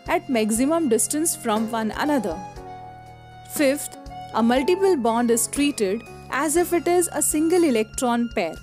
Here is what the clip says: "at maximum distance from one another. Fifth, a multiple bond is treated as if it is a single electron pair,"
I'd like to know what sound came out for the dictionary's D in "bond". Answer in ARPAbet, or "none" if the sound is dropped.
D